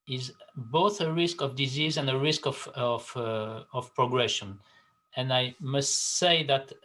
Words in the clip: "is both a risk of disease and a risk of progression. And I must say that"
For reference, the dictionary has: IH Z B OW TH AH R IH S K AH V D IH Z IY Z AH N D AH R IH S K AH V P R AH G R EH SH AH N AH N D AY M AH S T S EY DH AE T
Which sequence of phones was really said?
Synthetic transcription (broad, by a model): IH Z B OW TH AH R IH S K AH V D IH Z IY Z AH N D AH R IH S K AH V P R AH G R EH SH AH N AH N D AY M AH S T S EY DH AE T